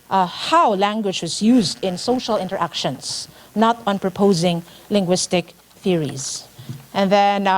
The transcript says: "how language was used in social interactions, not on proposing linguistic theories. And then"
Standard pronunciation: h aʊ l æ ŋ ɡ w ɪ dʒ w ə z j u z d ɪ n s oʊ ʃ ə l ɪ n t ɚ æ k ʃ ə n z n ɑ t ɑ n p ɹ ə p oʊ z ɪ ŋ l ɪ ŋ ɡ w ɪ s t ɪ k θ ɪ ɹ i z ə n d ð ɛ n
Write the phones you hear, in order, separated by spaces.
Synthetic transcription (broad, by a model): h aʊ l æ ŋ ɡ w ɪ dʒ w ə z j u z d ɪ n s oʊ ʃ ə l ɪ n t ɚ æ k ʃ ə n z n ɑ t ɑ n p ɹ ə p oʊ z ɪ ŋ l ɪ ŋ ɡ w ɪ s t ɪ k θ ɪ ɹ i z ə n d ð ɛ n